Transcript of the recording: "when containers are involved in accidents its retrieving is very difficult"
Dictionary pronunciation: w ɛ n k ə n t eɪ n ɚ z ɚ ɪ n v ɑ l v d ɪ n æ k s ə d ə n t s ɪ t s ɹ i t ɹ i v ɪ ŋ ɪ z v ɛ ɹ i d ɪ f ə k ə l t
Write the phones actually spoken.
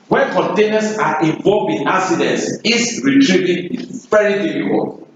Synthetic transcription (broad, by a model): w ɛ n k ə n t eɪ n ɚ s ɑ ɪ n v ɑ l v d ɪ n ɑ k s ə d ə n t s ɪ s ɹ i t ɹ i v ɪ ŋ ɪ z v ɛ ɹ i d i f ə k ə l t